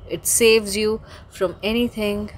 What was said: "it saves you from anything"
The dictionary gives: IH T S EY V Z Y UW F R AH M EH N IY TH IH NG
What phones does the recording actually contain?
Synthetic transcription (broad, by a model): IH T S EY V Z Y UW F R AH M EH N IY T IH NG